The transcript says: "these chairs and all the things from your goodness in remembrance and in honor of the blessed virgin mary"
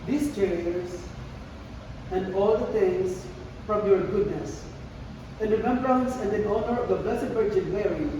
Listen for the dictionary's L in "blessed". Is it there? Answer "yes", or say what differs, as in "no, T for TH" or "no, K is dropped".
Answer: no, L is dropped